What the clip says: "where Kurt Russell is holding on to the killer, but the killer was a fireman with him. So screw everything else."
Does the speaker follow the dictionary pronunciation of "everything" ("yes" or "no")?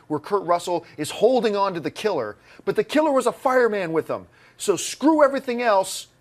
yes